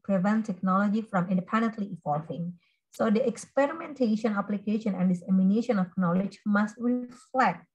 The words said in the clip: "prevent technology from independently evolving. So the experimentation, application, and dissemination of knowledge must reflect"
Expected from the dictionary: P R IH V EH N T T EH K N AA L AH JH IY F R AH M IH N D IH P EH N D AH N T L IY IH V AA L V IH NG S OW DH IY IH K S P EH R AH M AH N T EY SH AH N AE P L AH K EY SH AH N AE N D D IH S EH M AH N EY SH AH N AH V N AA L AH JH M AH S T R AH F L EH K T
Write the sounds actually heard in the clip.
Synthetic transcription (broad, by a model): P R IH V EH N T T EH K N AA L AH JH IY F R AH M IH N D IH P EH N D AH N T L IY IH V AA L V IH NG S OW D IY IH K S P EH R AH M AH N T EY SH AH N AE P L AH K EY SH AH N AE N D D IH S EH M AH N EY SH AH N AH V N AA L AH JH M AH S T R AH F L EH K T